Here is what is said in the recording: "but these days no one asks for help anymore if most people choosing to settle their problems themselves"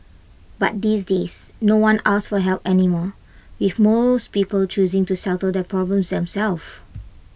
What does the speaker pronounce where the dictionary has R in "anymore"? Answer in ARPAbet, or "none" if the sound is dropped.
W